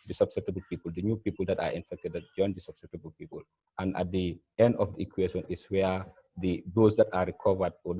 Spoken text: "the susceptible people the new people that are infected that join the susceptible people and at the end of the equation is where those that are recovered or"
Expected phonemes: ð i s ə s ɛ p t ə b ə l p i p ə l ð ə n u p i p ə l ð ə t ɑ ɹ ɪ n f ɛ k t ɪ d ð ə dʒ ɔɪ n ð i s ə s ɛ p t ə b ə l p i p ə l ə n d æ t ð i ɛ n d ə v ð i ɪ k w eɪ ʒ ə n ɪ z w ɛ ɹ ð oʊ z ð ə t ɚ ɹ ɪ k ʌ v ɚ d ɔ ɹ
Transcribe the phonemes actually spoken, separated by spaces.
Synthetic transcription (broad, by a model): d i s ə s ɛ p t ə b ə l p i p ə l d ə n u p i p ə l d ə t ɑ ɹ ɪ n f ɛ k t ɪ d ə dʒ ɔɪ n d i s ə s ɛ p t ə b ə l p i p ə l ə n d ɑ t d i ɛ n d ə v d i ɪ k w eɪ ʃ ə n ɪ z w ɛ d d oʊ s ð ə t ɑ ɹ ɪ k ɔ v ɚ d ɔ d